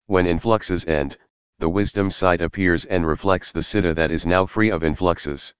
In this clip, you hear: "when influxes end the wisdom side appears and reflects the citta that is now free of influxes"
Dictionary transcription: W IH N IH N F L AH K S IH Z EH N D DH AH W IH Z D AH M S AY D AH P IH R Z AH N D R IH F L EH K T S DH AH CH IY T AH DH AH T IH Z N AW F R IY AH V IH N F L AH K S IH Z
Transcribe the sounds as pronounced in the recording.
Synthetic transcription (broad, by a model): W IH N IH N F L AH K S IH Z EH N D DH AH W IH Z D AH M S AY D AH P IH R Z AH N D R IH F L EH K T S DH AH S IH T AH DH AH T IH Z N AW F R IY AH V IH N F L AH K S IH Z